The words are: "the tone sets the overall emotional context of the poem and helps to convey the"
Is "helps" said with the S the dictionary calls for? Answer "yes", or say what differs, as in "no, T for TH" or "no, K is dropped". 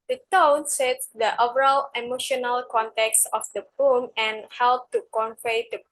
no, S is dropped